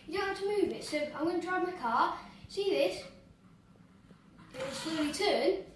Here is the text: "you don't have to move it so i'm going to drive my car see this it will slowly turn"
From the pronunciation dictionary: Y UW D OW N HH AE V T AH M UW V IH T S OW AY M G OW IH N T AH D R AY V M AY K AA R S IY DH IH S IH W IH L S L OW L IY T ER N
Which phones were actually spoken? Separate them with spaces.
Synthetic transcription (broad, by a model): Y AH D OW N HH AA F T AH M UW V IH T S OW AY M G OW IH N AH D R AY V M AY K AA S IY DH IH S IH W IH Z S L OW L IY T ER N